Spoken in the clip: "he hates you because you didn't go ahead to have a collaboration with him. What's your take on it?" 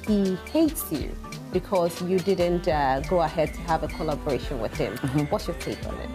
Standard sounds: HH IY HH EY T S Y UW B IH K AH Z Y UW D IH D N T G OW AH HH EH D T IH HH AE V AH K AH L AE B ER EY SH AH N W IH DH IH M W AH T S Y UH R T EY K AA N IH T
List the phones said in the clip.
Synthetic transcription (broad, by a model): HH IY HH EY T S Y UW B IH K AH Z Y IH D IH D N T G OW AH HH EH D T IH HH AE V AH K AH L AE B ER EY SH AH N W IH DH IH M W AH T S Y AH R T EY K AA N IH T